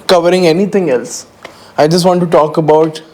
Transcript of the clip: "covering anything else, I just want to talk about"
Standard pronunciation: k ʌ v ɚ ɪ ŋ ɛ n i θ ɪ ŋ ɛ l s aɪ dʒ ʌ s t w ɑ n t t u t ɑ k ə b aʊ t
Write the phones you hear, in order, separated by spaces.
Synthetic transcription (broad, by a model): k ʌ v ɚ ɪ ŋ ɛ n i t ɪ ŋ ɛ l s aɪ dʒ ʌ s t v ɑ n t t u t ɑ k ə b aʊ t